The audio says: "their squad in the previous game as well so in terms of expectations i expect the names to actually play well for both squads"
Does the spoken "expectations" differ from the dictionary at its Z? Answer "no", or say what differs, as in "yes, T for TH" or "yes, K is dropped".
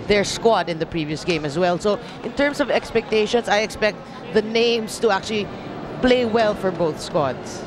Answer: yes, S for Z